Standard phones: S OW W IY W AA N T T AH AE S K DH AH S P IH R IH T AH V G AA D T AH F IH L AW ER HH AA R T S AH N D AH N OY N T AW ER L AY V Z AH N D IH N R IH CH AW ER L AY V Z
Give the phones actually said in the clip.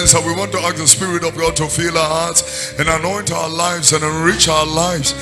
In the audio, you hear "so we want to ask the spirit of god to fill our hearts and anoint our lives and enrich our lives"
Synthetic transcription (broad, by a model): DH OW W IY W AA N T T AH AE K DH AH S P IH R IH T AH V G AA D T AH F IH L AW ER HH AA R T S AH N AH N OY N T AW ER L AY V Z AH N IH N R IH CH AW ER L AY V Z